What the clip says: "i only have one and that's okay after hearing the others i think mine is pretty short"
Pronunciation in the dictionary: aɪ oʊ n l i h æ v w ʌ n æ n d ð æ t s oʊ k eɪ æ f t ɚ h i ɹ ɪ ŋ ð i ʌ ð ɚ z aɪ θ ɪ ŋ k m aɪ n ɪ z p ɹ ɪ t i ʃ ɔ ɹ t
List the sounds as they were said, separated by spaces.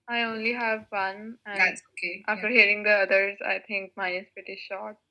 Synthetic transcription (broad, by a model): aɪ oʊ n l i h æ v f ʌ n n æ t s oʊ k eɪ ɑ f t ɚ h i ɹ ɪ ŋ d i ʌ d ɚ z aɪ t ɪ ŋ k m aɪ n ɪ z p ɹ ɪ t i ʃ ɔ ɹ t